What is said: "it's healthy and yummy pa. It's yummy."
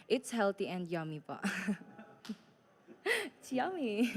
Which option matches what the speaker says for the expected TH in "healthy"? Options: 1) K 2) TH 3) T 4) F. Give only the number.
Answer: 3